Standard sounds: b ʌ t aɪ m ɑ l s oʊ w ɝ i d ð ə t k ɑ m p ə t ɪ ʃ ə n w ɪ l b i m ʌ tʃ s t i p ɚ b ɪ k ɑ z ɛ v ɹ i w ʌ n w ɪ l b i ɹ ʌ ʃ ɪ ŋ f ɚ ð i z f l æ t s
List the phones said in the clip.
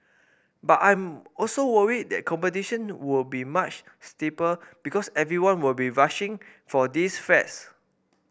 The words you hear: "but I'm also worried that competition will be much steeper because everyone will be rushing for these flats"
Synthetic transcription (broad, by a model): b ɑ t aɪ m ɑ l s oʊ w ɝ i d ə t k ɑ m p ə t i ʃ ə n w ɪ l b i m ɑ tʃ s t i p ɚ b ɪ k ɑ s ɛ v ɹ i w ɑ n w ɪ l b i ɹ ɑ ʃ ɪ ŋ f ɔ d i s f ɛ t s